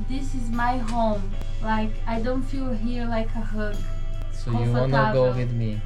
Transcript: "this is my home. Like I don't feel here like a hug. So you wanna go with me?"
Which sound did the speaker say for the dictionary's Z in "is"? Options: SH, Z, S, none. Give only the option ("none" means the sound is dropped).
Z